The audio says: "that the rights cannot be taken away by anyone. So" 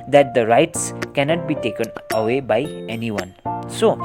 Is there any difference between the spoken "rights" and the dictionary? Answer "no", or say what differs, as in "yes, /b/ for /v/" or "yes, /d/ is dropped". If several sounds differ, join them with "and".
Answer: no